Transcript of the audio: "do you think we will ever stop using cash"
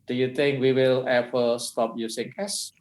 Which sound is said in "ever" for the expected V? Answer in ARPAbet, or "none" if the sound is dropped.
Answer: P